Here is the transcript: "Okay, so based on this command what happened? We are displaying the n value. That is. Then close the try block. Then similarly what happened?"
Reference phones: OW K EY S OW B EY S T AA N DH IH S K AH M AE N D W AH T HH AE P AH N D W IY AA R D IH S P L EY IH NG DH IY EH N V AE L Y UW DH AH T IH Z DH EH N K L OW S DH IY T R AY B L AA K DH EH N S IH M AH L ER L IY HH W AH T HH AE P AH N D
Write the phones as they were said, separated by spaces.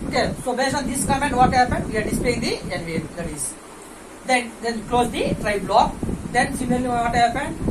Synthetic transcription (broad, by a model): OW K EY S OW B EY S AA N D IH S K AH M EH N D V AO T HH AE P AH N D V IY AA R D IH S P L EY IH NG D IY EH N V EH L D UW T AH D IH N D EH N K L OW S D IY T R AY B L AA K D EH N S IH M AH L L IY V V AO T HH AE P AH N D